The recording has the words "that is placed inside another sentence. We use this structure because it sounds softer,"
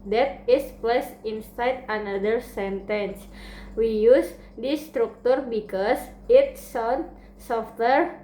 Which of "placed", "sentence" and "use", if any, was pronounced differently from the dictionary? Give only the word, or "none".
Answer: placed